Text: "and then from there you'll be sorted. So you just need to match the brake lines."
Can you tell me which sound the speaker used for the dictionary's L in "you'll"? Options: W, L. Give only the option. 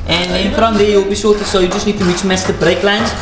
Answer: L